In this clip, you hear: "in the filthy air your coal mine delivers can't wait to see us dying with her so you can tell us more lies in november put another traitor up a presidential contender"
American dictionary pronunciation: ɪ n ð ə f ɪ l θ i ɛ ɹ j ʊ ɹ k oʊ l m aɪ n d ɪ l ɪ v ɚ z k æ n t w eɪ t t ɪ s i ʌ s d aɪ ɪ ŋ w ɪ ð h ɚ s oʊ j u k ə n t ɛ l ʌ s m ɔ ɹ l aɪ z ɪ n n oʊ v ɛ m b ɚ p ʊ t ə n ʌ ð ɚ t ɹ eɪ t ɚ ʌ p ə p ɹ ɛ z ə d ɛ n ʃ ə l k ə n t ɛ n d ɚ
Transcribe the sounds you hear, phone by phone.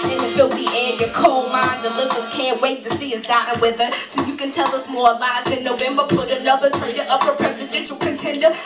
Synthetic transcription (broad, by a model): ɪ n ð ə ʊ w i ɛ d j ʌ ɹ k oʊ l m aɪ n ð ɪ l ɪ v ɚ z k æ n t w eɪ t t ɪ s i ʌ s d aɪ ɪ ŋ w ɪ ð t s oʊ j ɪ k ə n t ɛ l ʌ s m ɔ ɹ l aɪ s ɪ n n oʊ v ɛ m b ɚ p ʊ t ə l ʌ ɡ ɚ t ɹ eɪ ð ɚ ʌ p ə p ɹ ɛ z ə d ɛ n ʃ l k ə n t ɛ n d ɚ